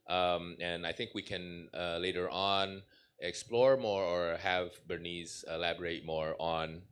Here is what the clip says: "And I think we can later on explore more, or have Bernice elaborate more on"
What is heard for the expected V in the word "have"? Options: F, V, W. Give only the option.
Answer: V